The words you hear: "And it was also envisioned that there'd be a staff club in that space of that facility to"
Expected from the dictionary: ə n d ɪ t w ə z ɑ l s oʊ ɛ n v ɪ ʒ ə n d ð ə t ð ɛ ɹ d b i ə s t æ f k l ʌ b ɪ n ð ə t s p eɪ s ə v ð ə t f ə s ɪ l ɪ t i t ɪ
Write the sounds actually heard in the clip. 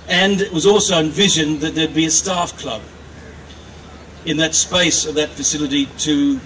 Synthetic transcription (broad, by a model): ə n ɪ t w ə z ɑ l s oʊ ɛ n v ɪ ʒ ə n ð ə t ð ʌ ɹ d b i ə s t æ f k l ʌ b ɪ n ð ə t s p eɪ s ə v ð ə t f ə s ɪ l ɪ t i t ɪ